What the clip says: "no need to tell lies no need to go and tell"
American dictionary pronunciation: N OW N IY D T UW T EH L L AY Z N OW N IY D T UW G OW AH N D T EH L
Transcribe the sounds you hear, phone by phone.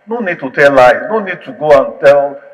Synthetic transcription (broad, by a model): N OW N IY D T UW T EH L L AY N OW N IY D T UW G OW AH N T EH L